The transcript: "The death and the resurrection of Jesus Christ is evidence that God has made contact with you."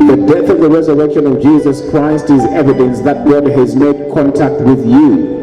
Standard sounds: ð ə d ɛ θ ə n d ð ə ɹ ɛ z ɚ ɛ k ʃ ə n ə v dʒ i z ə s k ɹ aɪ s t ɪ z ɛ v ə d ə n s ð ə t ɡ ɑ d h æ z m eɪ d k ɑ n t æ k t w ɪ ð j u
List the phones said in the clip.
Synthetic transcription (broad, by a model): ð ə d ɛ θ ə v ð ə ɹ ɛ z ɚ ɛ k ʃ ə n ə v dʒ i z ə s k ɹ aɪ s t ɪ z ɛ v ə d ə n s ð ə t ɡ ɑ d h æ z m eɪ d k ɑ n t æ k t w ɪ ð j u